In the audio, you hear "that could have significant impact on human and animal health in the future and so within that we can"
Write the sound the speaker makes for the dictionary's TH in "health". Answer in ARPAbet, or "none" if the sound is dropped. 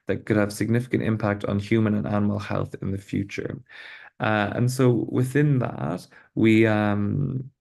TH